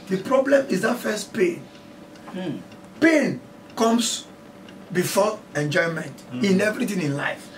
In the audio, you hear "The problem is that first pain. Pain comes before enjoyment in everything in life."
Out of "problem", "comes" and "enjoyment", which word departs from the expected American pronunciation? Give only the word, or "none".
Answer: comes